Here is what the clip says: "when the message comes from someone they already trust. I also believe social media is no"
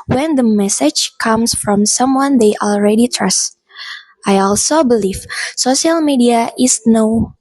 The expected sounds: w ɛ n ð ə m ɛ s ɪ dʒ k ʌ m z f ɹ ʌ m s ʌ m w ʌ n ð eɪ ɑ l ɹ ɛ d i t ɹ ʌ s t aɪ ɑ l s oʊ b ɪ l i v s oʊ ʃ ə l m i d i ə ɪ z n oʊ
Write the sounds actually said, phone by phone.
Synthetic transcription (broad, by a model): w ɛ n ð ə m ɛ s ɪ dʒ k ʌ m s f ɹ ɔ m s ʌ m w ʌ n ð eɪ ɑ l ɹ ɛ d i t ɹ ʌ s t aɪ ɑ l s oʊ b ɪ l i v s oʊ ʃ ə l m i d i ə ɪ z n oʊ